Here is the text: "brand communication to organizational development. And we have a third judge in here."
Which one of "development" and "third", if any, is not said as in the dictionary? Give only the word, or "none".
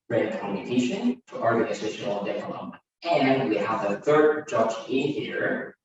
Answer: development